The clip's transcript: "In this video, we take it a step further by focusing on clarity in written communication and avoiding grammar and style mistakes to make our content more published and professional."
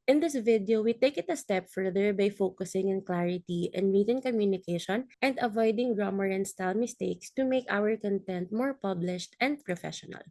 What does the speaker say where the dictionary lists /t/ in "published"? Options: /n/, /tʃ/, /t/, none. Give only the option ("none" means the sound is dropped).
/t/